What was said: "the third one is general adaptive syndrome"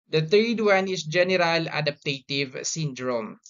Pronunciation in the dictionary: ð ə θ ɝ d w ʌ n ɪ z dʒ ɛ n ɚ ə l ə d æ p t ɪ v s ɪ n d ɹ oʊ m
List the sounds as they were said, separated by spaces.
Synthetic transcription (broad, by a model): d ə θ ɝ d w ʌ n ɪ s dʒ ɛ n ɚ ə l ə d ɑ p t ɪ v s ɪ n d ɹ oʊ m